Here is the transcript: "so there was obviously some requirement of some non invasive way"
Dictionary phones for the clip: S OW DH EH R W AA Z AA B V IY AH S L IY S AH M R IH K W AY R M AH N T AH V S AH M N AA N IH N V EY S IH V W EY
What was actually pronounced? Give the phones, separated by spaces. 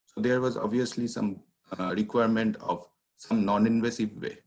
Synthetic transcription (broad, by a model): S OW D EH R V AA Z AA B V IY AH S L IY S AH M R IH K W AY R M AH N T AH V S AH M N AA N IH N V EY S IH V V EY